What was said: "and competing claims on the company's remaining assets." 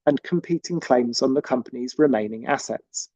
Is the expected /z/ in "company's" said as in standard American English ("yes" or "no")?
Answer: yes